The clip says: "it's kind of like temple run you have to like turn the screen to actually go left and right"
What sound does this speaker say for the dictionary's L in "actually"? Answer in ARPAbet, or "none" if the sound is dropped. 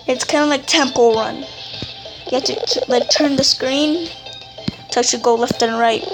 none